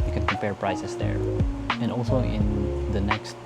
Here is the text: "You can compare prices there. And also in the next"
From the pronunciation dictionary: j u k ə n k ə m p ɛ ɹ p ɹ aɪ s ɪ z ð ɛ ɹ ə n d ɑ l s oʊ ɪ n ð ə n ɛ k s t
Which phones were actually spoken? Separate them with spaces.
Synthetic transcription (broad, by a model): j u k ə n k ə m p ɛ ɹ p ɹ aɪ s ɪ s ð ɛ ɹ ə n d ɑ l s oʊ ɪ n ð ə n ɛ k s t